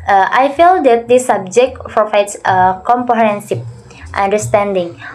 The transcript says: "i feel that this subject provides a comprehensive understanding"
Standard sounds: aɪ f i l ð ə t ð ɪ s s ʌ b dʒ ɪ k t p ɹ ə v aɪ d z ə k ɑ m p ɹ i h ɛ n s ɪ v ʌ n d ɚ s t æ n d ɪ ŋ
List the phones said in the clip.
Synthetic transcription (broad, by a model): aɪ f i l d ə t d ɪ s s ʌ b dʒ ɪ k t p ɹ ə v aɪ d s ə k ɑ m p i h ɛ n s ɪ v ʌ n d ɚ s t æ n d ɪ ŋ